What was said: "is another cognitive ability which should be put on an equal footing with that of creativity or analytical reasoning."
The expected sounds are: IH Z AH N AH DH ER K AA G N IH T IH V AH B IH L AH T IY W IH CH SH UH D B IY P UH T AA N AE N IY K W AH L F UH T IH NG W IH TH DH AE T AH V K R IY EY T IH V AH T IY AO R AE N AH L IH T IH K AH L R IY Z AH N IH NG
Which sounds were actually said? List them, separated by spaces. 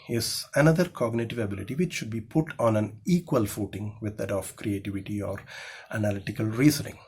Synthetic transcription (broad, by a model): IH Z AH N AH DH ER K AA G N IH T IH V AH B IH L AH T IY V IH CH SH UH D B IY P UH T AA N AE N IY K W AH L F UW T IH NG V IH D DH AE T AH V K R IY EY T IH V AH T IY AO R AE N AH L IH T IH K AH L R IY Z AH N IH NG